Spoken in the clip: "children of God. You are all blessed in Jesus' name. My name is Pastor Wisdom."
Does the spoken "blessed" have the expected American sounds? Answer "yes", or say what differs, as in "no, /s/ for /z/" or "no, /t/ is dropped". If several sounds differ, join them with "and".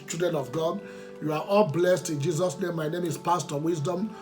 yes